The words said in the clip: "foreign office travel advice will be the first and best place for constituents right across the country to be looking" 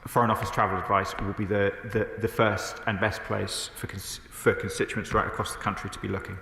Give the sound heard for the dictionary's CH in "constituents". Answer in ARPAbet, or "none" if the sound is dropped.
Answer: CH